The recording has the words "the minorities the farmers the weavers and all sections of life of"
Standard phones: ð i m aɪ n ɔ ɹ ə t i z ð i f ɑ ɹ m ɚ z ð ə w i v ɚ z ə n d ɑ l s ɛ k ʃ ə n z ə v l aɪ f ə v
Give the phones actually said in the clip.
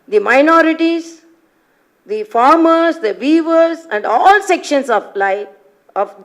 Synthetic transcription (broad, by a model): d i m aɪ n ɔ ɹ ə t i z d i f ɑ ɹ m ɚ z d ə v i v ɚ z ə n d ɑ l s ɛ k ʃ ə n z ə l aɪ ə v